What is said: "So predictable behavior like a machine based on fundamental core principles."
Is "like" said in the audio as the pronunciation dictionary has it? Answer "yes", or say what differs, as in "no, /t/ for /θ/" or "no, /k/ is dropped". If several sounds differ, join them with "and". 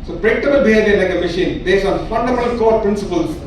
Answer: no, /n/ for /l/